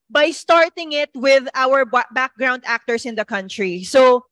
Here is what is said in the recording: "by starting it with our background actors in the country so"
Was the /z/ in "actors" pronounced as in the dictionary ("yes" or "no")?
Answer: no